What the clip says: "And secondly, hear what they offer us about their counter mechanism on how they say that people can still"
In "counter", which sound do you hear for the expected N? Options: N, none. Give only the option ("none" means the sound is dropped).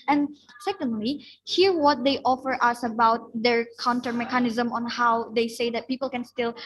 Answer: N